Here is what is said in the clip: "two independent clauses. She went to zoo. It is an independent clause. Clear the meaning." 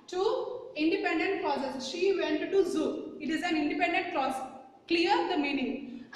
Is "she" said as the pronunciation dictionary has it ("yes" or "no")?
yes